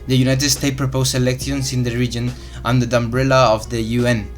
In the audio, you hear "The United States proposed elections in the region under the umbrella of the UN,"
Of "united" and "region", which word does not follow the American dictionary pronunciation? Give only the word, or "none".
none